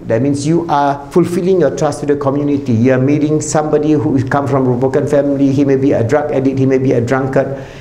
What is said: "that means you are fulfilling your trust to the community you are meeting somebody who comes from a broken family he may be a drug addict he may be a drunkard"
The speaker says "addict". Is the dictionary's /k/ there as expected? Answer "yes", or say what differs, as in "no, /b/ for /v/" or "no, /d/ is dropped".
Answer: no, /k/ is dropped